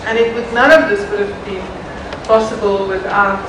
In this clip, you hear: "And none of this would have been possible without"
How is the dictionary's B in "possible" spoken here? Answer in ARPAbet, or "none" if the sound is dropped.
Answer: B